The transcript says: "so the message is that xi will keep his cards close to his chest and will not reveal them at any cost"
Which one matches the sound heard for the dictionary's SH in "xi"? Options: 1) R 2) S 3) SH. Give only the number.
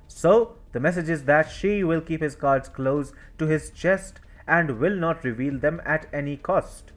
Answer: 3